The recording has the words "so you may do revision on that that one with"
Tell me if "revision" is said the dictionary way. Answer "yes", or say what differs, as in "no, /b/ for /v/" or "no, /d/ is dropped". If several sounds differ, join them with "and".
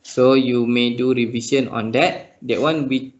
no, /s/ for /ʒ/